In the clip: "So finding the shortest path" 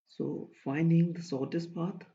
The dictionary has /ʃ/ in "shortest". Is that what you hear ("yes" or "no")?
no